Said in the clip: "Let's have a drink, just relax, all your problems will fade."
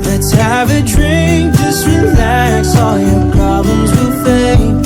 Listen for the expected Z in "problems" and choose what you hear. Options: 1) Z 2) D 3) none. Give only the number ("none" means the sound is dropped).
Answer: 1